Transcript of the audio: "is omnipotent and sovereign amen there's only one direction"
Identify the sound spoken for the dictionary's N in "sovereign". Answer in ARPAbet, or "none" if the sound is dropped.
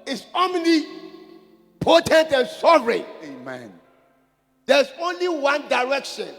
none